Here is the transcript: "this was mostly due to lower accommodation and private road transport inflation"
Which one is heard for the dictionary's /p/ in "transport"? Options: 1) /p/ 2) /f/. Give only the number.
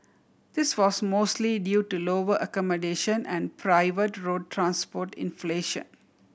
1